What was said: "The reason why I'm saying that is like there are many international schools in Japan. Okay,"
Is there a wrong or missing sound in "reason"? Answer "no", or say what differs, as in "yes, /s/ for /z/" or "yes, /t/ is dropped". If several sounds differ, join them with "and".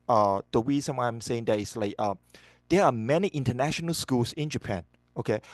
yes, /w/ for /ɹ/ and /s/ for /z/